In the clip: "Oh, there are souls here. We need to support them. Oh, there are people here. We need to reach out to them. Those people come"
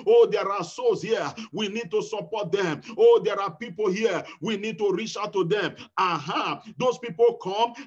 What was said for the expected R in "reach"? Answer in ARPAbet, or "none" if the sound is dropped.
R